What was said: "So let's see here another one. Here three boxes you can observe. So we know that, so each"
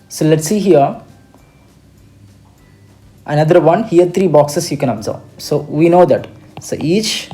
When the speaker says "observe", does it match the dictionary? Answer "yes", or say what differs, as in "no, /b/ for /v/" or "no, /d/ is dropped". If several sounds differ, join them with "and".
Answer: no, /b/ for /v/